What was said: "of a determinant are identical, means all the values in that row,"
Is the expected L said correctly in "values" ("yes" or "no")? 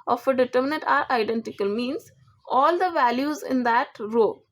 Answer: yes